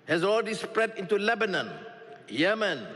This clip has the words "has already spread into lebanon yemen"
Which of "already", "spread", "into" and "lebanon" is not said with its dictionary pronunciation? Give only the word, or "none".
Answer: already